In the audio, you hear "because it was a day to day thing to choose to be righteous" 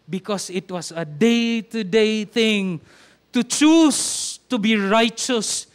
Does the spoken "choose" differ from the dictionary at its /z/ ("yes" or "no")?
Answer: yes